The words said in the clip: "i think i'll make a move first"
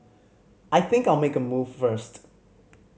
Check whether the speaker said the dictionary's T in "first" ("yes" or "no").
yes